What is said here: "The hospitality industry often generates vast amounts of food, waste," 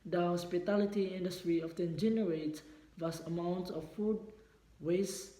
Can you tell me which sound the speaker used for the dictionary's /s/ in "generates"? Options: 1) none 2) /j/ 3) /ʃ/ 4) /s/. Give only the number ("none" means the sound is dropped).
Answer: 1